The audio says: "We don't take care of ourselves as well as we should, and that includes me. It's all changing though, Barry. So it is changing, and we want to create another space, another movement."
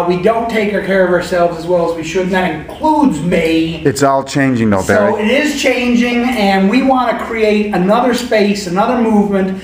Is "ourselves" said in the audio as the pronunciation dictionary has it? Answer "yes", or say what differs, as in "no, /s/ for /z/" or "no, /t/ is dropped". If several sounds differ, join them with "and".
yes